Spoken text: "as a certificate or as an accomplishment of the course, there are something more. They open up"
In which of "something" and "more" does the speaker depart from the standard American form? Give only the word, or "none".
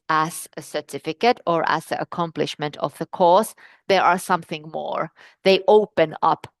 none